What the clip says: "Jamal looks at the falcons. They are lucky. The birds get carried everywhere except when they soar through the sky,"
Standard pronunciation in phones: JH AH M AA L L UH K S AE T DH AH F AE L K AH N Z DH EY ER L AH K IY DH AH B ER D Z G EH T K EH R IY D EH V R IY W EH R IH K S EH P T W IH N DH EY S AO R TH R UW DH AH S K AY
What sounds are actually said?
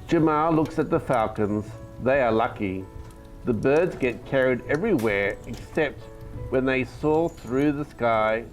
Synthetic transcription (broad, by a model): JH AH M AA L L UH K S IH T DH AH F AE L K AH N Z DH EY ER L AH K IY DH AH B ER D Z G EH T K EH R IY D EH V R IY W EH R IH K S EH P T W IH N DH EY S AO TH R UW DH AH S K AY